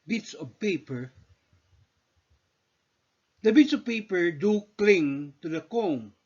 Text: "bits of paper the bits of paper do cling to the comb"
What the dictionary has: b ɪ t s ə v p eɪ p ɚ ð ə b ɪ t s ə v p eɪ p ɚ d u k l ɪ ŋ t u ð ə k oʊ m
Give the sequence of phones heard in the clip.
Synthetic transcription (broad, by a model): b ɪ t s ə v p eɪ p ɚ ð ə b ɪ t s ə v p eɪ p ɚ d u k l ɪ ŋ t u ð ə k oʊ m